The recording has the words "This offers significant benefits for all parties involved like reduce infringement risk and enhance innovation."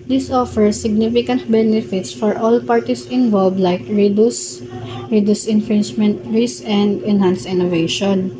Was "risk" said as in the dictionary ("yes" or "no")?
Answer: no